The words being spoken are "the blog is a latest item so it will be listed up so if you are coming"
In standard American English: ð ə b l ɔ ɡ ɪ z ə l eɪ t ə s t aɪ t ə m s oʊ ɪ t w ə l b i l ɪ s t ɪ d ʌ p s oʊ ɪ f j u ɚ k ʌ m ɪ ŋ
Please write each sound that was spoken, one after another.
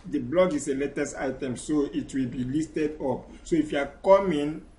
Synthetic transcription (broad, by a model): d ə b l ɔ ɡ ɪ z ə l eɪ t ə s aɪ t ə m s oʊ ɪ t w ə l b i l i s t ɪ d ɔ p s oʊ ɪ f j u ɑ k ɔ m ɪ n